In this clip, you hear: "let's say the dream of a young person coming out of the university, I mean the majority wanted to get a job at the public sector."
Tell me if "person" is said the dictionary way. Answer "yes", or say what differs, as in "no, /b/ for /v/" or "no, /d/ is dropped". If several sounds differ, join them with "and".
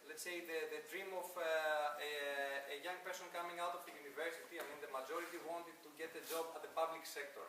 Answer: yes